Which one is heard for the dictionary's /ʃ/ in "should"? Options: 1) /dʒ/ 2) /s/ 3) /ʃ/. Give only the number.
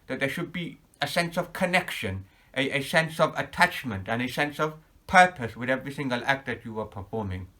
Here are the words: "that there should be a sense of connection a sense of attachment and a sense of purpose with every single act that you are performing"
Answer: 3